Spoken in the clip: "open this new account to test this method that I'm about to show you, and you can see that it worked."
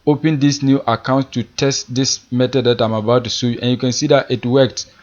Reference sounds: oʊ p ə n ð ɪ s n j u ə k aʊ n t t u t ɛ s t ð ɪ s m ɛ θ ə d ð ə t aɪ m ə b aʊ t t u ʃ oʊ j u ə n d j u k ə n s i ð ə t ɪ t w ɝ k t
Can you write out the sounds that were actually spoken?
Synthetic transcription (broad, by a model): oʊ p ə n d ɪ s n j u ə k aʊ n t t u t ɛ s t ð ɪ s m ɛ t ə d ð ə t aɪ m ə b aʊ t t u s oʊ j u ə n j u k ə n s i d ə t ɪ t w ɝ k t